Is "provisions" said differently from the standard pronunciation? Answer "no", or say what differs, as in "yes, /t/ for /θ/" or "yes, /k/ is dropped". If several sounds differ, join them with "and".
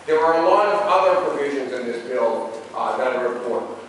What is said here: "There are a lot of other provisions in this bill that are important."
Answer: no